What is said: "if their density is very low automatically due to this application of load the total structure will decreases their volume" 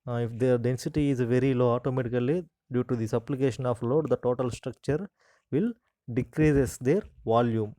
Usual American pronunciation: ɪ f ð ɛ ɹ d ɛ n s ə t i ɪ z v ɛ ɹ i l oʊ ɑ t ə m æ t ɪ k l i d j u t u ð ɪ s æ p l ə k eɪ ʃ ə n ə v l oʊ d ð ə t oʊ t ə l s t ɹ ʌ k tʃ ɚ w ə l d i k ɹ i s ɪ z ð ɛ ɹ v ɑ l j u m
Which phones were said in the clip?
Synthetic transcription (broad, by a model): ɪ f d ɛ ɹ d ɛ n s ə t i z v ɛ ɹ i l oʊ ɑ t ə m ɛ t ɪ k l i d j u t u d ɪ s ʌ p l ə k eɪ ʃ ə n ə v l oʊ d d ə t oʊ t ə l s t ɹ ʌ k tʃ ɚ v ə l d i k ɹ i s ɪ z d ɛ ɹ v ɑ l j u m